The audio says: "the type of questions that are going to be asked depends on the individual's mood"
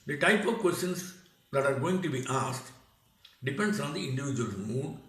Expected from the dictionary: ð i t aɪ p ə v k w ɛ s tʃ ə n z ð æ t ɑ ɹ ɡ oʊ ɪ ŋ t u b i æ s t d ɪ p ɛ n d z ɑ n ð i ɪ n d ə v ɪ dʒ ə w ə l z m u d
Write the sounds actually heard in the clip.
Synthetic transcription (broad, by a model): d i t aɪ p ə v k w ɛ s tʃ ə n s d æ t ɑ ɹ ɡ oʊ ɪ ŋ t u b i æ s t d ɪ p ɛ n d s ɑ n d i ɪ n d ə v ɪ dʒ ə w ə l m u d